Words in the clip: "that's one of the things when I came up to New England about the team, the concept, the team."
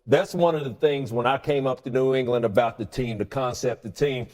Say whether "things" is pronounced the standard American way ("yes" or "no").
yes